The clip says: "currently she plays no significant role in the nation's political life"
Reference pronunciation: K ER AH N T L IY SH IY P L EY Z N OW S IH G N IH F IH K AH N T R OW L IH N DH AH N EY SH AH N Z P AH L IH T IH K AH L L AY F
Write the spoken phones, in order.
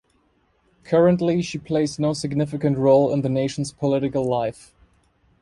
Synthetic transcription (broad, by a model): K ER AH N T L IY SH IY P L EY Z N OW S IH G N IH F IH K AH N T R OW L IH N DH AH N EY SH N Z P AH L IH T IH K AH L L AY F